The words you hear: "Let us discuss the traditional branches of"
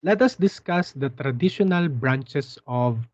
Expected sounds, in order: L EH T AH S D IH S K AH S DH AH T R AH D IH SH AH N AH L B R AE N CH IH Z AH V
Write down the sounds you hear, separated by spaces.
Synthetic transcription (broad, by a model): L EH T AH S D IH S K AH S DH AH T R AH D IH SH AH N AH L B R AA N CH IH S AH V